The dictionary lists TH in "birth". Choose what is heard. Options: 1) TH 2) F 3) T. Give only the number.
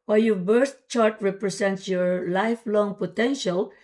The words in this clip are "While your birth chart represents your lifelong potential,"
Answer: 3